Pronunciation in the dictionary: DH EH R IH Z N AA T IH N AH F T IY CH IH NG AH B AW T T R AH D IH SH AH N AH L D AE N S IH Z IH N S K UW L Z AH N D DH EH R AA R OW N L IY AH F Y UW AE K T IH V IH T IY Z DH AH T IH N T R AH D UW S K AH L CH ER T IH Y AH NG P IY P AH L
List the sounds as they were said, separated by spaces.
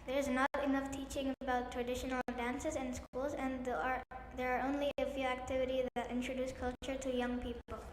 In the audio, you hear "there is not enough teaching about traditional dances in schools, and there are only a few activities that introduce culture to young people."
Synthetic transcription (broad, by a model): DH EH R IH Z N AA T IH N AH F T IY CH IH NG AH B AW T T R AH D IH SH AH N L D AE N S IH Z IH N S K UW L Z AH N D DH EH R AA R OW N L IY AH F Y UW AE K T IH V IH T IY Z DH AH T IH N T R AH D UW S K AH L CH ER T IH Y AH NG P IY P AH L